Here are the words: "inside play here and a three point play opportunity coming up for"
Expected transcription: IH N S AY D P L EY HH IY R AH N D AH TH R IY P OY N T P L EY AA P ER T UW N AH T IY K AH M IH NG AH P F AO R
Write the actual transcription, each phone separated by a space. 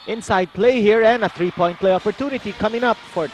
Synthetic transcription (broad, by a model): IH N S AY D P L EY HH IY R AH N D AH T R IY P OY N T P L EY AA P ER T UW N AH T IY K AH M IH NG AH P F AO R